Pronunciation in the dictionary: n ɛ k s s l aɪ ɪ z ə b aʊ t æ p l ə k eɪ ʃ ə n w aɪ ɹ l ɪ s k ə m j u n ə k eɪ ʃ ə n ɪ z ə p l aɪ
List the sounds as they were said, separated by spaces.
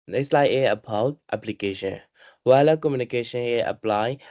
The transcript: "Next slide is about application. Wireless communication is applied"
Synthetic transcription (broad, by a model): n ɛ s s l aɪ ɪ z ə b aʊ t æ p l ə k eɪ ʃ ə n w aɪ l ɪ k ə m j u n ə k eɪ ʃ ə n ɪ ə p l aɪ